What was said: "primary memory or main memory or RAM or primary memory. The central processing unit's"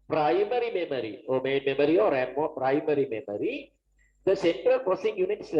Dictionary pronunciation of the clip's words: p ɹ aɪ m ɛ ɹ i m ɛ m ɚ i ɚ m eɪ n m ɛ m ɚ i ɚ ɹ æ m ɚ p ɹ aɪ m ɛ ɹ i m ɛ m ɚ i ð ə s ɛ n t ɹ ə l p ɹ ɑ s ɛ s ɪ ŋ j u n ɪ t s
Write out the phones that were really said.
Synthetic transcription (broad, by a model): p ɹ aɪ m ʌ ɹ i m ɛ m ɚ i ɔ m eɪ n m ɛ m ɚ i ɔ ɹ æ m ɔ p ɹ aɪ m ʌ ɹ i m ɛ m ɚ i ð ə s ɛ n t ɹ ə l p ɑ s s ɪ ŋ j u n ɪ t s